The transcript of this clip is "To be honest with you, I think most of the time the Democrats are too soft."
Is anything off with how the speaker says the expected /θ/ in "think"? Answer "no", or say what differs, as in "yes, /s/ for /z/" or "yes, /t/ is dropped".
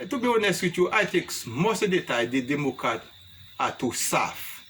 yes, /t/ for /θ/